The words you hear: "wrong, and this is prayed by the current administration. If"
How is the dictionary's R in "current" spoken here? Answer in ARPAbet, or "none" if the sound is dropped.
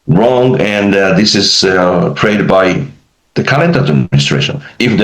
L